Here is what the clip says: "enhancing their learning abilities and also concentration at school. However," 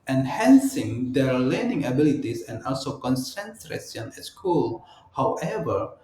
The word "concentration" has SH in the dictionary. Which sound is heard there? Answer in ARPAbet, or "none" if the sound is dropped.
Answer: S